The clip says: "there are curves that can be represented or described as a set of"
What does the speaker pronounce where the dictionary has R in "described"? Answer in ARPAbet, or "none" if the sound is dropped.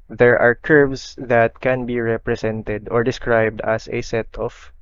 R